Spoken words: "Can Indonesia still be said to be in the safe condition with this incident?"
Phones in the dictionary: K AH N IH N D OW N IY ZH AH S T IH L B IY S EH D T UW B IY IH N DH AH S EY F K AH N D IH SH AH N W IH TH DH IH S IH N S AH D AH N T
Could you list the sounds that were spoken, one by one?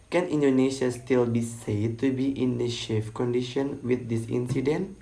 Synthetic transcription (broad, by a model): K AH N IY N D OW N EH SH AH S T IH L B IY S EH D T UW B IY IH N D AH SH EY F K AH N D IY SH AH N W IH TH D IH S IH N S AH D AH N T